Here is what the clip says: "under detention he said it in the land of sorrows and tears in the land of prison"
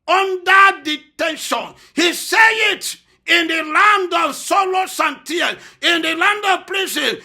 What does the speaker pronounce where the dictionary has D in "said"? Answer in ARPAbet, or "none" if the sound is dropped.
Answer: none